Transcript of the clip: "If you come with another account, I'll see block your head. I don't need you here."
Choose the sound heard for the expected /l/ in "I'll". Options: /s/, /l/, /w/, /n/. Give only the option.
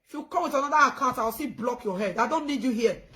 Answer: /w/